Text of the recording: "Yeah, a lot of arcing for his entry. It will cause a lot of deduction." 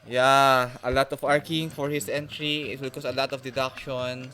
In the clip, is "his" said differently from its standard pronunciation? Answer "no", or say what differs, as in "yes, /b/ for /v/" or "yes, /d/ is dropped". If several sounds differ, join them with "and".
yes, /s/ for /z/